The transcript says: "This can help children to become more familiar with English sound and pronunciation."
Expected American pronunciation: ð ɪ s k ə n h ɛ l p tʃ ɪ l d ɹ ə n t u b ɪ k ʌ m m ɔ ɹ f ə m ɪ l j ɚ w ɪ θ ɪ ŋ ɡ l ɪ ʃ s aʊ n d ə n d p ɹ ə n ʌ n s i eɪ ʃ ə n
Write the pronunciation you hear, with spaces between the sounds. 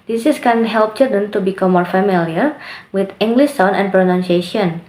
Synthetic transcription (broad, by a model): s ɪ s k ə n h ɛ l p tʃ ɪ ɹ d ə n t u b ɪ k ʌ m m ɔ ɹ f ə m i l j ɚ w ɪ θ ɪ ŋ ɡ l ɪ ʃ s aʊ n ə n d p ɹ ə n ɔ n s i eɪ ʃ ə n